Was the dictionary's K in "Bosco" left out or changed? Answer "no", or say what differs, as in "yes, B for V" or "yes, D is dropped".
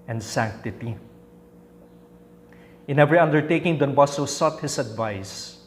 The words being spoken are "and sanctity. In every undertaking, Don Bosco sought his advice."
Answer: yes, K is dropped